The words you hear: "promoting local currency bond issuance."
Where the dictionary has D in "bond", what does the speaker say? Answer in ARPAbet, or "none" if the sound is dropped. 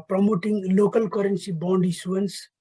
D